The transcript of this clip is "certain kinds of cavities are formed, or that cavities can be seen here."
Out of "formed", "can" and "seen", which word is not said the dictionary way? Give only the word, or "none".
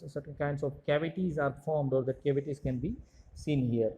none